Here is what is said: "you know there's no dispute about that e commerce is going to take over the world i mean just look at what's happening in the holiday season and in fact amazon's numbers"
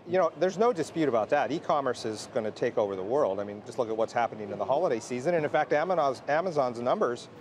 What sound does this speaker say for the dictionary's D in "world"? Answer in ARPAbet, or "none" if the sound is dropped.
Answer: D